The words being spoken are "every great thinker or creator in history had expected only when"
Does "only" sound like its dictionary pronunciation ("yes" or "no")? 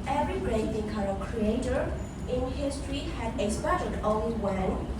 no